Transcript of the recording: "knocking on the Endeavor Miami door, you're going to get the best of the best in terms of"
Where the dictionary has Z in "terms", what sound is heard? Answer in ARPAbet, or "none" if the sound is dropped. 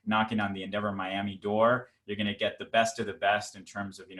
Z